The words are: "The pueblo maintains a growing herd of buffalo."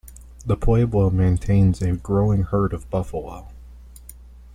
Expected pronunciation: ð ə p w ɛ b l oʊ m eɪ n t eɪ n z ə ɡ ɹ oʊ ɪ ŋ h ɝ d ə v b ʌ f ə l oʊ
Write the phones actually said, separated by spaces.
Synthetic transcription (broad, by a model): ð ə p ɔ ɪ b oʊ m eɪ n t eɪ n z ə ɡ ɹ oʊ ɪ ŋ h ɝ d ə v b ʌ f ə l oʊ